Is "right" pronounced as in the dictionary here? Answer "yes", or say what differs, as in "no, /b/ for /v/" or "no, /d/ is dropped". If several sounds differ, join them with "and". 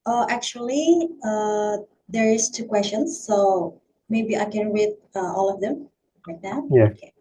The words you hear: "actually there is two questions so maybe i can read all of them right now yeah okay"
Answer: no, /l/ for /ɹ/